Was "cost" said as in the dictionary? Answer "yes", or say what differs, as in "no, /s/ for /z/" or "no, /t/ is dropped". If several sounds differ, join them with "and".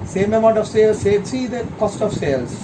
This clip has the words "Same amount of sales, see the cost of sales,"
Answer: yes